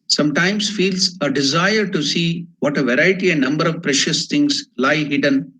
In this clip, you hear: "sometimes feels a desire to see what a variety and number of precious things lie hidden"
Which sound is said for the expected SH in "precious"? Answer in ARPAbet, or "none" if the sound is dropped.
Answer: SH